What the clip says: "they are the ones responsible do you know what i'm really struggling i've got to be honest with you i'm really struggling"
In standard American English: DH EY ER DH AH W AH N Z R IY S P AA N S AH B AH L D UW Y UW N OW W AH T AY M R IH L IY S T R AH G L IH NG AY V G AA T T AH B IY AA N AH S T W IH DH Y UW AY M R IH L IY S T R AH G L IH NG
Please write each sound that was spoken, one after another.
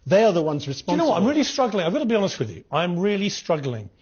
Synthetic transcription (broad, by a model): DH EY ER DH AH W AH N Z R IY S P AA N AH AH W AH T AY M R IH L IY S T R AH G L IH NG AY V G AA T T AH B IY AA N AH S T W IH DH Y UW AY M R IH L IY S T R AH G L IH NG